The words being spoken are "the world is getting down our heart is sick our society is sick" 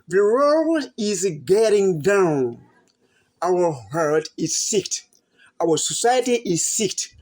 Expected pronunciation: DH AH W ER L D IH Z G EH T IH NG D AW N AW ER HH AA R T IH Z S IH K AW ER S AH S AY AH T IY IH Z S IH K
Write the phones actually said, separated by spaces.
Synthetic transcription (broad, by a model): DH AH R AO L IH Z G EH T IH NG D AW N AW ER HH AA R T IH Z S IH K AW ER S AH S AY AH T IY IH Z S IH K